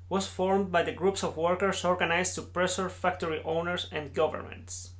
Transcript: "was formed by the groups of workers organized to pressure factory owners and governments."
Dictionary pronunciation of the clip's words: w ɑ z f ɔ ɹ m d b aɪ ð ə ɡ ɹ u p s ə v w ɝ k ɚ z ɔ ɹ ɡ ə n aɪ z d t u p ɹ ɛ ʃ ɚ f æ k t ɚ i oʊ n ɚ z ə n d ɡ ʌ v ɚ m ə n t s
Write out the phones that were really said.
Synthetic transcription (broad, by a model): w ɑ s f ɔ ɹ m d b aɪ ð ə ɡ ɹ u p s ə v w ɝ k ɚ s ɔ ɹ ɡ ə n aɪ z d t u p ɹ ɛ s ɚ f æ k t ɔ i oʊ n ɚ s ə n d ɡ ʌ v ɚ m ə n t s